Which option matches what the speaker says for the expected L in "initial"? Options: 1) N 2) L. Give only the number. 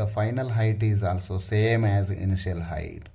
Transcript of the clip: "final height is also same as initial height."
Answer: 2